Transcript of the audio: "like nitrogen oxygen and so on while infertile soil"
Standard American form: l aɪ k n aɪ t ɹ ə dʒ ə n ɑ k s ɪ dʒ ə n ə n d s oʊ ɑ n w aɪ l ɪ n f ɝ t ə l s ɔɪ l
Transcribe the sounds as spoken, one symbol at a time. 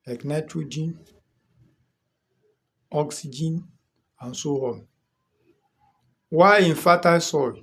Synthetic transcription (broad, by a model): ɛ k n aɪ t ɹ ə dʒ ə n ɑ k s ɪ dʒ ə n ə n s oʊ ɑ l w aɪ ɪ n f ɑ t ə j s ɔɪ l